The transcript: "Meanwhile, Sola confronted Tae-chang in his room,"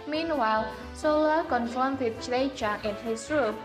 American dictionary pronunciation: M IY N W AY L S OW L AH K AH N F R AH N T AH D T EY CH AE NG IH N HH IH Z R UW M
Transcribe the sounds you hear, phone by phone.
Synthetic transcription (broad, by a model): M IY N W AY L S OW L AH K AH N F AH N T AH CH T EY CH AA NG IH N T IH S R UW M